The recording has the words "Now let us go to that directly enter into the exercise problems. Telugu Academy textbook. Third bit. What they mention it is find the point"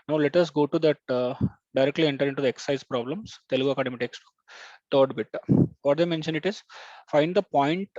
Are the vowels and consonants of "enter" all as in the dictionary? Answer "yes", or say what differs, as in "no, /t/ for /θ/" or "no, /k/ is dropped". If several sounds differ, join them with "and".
yes